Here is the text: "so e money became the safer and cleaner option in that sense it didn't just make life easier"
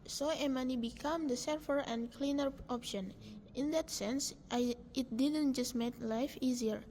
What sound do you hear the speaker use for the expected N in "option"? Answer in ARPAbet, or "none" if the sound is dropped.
N